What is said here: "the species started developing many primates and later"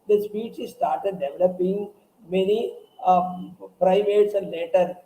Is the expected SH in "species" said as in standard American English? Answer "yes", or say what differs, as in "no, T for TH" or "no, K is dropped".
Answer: no, S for SH